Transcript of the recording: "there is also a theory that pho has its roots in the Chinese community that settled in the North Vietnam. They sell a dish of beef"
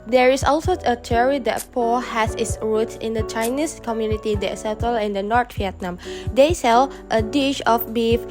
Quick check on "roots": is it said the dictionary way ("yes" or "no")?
no